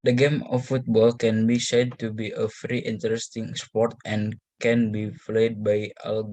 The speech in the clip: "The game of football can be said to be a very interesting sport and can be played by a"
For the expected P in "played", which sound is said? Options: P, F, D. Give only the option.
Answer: F